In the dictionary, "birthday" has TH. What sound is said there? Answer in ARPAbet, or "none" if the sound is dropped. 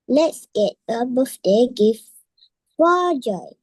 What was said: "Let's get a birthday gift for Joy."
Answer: F